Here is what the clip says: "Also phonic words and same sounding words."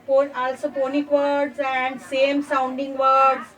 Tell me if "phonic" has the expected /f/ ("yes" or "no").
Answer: no